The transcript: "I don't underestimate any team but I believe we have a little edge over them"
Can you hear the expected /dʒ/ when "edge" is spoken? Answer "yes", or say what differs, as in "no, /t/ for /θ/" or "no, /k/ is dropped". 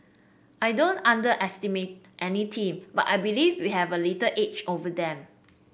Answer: no, /tʃ/ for /dʒ/